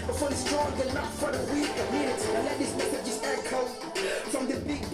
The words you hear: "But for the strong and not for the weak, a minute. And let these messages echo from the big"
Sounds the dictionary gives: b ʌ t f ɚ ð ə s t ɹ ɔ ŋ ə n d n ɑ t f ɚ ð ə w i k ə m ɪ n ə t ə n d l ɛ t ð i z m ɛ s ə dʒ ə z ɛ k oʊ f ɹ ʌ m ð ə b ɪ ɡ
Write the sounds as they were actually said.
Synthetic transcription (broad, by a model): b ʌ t f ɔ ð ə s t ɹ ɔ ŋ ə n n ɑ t f ɚ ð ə w i k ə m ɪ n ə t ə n l ɛ t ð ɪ s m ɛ θ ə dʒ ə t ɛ k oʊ f ɹ ʌ m ð ə b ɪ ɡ